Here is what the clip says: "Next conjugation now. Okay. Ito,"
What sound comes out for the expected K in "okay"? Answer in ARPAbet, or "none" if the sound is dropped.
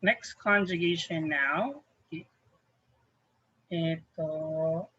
none